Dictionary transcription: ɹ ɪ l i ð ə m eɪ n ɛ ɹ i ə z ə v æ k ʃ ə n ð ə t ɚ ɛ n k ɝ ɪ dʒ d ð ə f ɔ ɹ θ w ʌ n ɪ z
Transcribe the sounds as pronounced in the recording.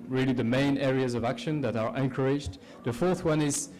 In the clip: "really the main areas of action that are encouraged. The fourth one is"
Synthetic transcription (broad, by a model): ɹ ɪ l i ð ə m eɪ n ɛ ɹ i ə z ə v æ k ʃ ə n ð ə t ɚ ɛ n k ɝ ɪ dʒ d ð ə f ɔ ɹ θ w ʌ n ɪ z